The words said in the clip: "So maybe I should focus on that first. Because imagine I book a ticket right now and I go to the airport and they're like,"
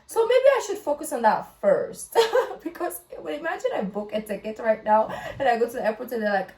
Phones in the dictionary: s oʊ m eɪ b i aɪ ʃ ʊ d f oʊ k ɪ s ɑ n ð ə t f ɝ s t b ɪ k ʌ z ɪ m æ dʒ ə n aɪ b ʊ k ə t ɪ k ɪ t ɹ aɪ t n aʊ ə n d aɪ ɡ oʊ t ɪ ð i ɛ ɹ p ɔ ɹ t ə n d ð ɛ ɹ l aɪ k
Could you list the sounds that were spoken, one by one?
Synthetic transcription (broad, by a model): s oʊ m eɪ b i aɪ ʃ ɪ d f oʊ k ɪ s n ð ə t f ɝ s t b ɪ k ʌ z ɪ m æ dʒ ə n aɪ b ʊ k ə t ɪ k ɪ t ɹ aɪ t n aʊ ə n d aɪ ɡ oʊ t ɪ ð i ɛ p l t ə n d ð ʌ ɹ l aɪ k